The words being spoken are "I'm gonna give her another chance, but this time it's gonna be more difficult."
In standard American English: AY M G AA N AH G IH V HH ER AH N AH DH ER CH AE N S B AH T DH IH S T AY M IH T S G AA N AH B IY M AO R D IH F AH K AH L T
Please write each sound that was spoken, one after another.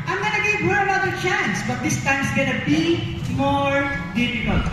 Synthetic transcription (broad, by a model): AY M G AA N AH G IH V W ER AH L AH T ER CH AE N S B AH T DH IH S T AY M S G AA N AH B IY M AO R D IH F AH K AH L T